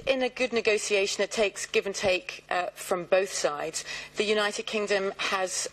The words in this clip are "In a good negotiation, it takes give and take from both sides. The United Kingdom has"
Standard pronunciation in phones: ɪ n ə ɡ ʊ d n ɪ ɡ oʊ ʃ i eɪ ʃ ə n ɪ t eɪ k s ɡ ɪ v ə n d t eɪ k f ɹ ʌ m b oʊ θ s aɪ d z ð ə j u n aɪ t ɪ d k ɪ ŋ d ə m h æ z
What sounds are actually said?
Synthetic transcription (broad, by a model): ɪ n ə ɡ ʊ d n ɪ ɡ oʊ s i eɪ ʃ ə n ɪ t eɪ k s ɡ ɪ v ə n t eɪ k f ɹ ʌ m b oʊ θ s aɪ d z ð ə j u n aɪ t ɪ d k ɪ ŋ d ə m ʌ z